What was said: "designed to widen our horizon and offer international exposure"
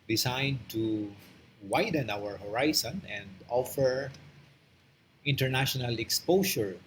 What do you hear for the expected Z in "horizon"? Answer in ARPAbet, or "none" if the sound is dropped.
S